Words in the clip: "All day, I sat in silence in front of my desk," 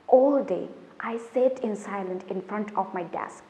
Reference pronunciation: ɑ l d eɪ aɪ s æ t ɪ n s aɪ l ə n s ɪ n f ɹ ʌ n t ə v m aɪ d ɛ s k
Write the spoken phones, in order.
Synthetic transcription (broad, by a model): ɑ l d eɪ aɪ s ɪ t ɪ n s aɪ l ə n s ɪ n f ɹ ʌ n t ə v m aɪ d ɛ s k